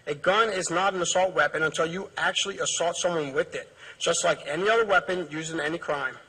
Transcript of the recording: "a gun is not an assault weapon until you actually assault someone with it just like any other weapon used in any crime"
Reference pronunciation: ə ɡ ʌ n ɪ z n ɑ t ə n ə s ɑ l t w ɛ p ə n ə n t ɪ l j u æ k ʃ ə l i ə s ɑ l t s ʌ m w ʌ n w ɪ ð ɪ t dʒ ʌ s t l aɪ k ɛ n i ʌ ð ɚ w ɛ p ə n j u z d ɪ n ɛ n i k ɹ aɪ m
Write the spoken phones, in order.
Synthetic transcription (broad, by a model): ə ɡ ʌ n ɪ z n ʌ t ə n ə s ɑ l t w ɛ p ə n ə n t ɪ l j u æ k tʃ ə l i ə s ɑ l t s ʌ m w ʌ n w ɪ ð ɪ t dʒ ʌ s t l aɪ k ɛ n i ʌ ð ɚ w ɛ p ə n j u z ɪ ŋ ɛ n i k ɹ aɪ m